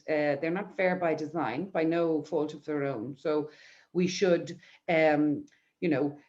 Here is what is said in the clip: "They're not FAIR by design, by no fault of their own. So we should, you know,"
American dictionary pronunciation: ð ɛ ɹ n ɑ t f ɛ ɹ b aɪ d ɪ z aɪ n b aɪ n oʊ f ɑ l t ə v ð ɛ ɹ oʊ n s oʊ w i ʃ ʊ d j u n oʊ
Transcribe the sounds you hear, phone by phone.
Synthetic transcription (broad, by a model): ð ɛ ɹ n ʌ t f ɛ ɹ b aɪ d ɪ z aɪ n b aɪ n oʊ f ɑ l t ə v ð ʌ ɹ oʊ n s oʊ w i ʃ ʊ d j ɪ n oʊ